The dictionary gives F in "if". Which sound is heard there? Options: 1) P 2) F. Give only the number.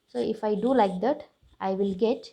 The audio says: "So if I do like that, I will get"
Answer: 2